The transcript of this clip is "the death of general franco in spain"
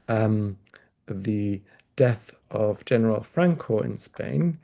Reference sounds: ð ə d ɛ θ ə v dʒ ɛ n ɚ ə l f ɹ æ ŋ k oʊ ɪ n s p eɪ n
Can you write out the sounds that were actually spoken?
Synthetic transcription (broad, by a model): ð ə d ɛ θ ə v dʒ ɛ n ɚ ə l f ɹ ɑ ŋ k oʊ ɪ n s p eɪ n